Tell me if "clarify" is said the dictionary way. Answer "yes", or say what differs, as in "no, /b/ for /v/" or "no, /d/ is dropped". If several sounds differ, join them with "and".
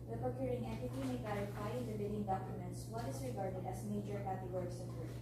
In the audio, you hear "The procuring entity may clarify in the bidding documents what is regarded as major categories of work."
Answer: no, /ɹ/ is dropped